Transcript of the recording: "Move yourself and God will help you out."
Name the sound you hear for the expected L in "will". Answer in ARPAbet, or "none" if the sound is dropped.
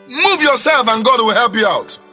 W